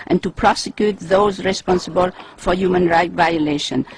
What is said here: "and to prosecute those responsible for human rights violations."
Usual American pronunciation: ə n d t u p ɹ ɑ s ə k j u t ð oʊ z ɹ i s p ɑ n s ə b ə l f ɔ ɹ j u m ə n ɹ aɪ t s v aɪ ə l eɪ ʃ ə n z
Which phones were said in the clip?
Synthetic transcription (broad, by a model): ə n t u p ɹ ɑ s ə k j u t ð oʊ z ɹ i s p ɑ n s ə b ə l f ɔ ɹ j u m ə n ɹ aɪ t v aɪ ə l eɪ ʃ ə n